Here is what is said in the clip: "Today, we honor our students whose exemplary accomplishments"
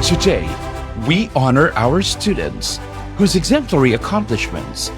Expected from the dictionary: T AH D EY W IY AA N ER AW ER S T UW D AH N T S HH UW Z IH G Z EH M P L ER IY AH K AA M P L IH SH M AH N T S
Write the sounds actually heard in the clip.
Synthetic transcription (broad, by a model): T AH D EY W IY AA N ER AW ER S T UW D N T S HH UW Z IH G Z EH M P L ER IY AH K AA M P L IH SH M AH N T S